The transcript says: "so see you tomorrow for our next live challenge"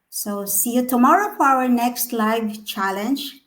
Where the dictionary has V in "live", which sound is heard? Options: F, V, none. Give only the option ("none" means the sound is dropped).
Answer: V